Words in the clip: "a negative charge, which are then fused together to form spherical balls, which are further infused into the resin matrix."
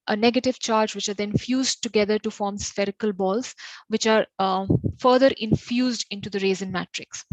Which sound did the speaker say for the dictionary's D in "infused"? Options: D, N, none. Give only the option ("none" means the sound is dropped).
D